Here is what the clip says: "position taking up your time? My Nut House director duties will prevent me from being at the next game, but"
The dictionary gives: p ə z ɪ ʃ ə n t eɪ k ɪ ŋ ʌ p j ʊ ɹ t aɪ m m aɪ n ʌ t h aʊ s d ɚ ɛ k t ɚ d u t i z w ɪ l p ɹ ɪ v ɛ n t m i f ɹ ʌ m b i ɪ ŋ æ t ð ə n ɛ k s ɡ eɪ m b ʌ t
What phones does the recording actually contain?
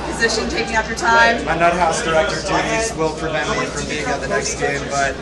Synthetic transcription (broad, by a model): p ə z ɪ ʃ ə n t eɪ k ɪ ŋ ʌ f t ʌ ɹ t aɪ m m aɪ n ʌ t h aʊ s d ɚ ɛ k t ɚ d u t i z w ɪ l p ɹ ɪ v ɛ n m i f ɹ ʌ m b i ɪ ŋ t ð ə n ɛ k s ɡ eɪ m b ʌ t